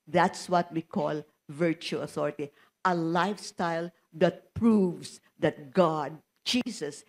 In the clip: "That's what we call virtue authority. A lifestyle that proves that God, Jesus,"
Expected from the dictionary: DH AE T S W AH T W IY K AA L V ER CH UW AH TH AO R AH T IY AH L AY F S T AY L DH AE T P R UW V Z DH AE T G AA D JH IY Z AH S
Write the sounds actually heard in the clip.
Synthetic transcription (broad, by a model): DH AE T S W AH T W IY K AA L V ER CH UW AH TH AO R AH T IY AH L AY F S T AY L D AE T P R UW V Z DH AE T G AA D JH IY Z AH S